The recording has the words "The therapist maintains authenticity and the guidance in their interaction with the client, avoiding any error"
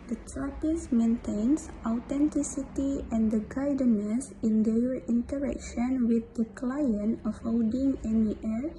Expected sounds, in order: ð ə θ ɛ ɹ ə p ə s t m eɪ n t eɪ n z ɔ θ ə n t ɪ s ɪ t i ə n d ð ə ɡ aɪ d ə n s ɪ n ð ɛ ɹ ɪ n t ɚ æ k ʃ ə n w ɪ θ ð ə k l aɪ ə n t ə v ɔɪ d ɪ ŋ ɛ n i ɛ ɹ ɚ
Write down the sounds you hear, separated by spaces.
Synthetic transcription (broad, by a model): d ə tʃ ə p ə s m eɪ n t eɪ n s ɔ t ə n t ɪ s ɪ t i ə n d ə ɡ aɪ d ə n s ɪ n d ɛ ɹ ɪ n t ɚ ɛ k ʃ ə n w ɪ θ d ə k l aɪ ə n ə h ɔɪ d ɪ ŋ ɛ n i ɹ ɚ